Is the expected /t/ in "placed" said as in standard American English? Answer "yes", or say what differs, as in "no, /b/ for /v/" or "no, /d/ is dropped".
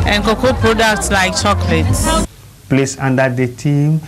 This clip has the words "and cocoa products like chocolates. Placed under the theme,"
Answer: no, /t/ is dropped